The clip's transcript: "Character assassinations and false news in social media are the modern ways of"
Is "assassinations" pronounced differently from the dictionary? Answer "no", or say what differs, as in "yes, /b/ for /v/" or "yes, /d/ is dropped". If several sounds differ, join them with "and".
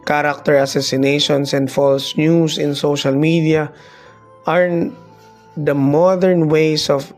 yes, /s/ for /z/